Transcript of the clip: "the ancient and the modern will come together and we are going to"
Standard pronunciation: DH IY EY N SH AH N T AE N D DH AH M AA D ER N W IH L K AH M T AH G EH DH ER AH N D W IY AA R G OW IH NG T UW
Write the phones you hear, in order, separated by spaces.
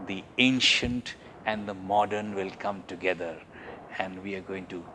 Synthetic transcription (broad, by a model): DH IY EY N SH AH N T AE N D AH M AA D ER N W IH L K AH M T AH G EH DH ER AH N D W IY AA R G OW IH NG T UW